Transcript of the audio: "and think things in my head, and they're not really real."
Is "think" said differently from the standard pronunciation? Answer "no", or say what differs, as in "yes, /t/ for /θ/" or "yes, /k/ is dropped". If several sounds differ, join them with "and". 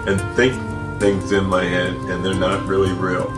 no